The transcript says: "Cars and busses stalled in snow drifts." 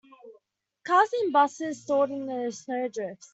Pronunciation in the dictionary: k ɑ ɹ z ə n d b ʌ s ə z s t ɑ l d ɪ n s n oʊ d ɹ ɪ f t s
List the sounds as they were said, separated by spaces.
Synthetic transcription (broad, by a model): k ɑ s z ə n b ʌ s ə z s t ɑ d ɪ n s n oʊ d ɹ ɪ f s